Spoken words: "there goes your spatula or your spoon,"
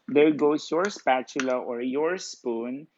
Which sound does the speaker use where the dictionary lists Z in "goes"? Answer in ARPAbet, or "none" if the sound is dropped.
S